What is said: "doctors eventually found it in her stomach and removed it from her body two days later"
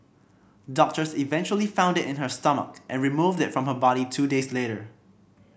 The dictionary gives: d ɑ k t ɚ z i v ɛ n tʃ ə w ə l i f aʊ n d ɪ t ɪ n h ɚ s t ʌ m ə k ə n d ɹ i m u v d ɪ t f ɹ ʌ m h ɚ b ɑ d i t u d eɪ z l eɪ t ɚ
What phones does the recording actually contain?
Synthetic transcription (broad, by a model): d ɑ k t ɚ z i v ɛ n tʃ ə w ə l i f aʊ n d ɪ t ɪ n h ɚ s t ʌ m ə k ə n ɹ i m u v d ɪ t f ɹ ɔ m h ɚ b ɑ d i t u d eɪ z l eɪ t ɚ